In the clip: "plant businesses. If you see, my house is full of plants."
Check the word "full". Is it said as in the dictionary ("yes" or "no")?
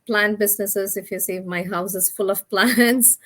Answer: yes